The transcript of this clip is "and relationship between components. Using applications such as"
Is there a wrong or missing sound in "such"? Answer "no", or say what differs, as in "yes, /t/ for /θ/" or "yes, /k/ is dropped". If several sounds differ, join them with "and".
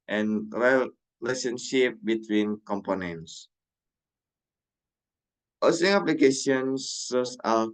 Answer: yes, /s/ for /tʃ/